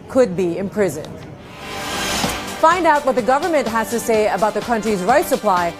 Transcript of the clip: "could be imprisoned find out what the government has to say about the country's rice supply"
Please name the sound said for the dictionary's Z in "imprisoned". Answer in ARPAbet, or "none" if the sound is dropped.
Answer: Z